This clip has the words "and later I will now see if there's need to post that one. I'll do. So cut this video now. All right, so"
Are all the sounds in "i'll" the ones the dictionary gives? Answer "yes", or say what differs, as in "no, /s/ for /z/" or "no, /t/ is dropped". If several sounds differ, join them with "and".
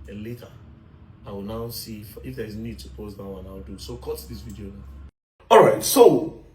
no, /w/ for /l/